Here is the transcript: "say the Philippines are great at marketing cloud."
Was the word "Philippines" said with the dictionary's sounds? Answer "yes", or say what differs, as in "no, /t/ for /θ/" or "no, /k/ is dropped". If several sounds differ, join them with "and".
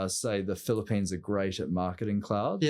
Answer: yes